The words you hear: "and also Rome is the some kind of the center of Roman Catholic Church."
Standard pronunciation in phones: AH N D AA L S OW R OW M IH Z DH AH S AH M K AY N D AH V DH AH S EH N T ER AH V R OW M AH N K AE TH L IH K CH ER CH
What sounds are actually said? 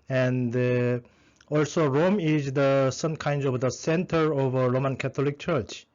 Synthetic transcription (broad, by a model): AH N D AA L S OW R OW M IH Z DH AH S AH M K AY N D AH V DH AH S EH N T ER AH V R OW M AH N K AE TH L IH K CH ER CH